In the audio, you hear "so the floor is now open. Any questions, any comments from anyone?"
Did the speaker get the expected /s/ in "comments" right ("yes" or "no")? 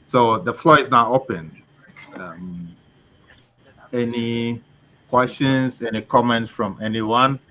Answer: yes